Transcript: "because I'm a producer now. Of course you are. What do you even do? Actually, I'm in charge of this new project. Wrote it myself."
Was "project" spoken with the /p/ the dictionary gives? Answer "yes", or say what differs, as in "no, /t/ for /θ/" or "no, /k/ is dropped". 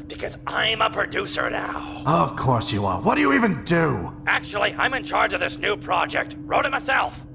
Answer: yes